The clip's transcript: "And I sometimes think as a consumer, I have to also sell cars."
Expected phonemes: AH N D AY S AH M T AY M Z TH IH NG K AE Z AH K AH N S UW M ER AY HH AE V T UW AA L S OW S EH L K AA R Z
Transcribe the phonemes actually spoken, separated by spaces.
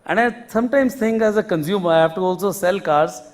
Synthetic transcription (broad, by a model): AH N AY S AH M T AY M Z T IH NG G AE Z AH K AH N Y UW M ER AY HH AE F T UW AA L S OW S EH L K AA R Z